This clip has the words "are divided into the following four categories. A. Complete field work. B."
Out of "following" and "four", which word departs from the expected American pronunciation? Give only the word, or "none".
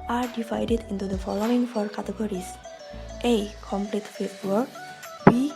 none